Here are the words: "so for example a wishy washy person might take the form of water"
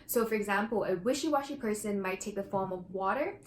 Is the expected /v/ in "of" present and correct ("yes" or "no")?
yes